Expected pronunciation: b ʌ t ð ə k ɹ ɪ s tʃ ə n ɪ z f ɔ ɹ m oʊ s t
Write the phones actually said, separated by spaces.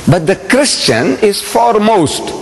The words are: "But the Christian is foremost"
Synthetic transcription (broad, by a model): b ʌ t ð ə k ɹ ɪ s tʃ ə n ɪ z f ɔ ɹ m oʊ s t